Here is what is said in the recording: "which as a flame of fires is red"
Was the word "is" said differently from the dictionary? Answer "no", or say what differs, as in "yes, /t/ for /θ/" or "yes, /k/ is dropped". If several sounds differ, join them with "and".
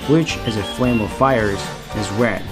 no